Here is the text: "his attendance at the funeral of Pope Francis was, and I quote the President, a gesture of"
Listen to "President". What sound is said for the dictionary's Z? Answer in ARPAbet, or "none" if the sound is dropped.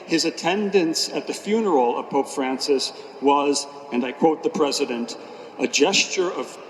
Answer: Z